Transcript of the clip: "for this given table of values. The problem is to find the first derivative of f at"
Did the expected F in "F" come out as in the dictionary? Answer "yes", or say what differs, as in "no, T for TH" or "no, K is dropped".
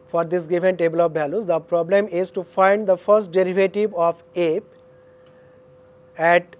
no, P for F